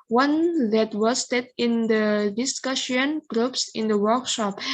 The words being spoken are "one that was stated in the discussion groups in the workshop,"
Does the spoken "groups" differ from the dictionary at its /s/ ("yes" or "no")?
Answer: no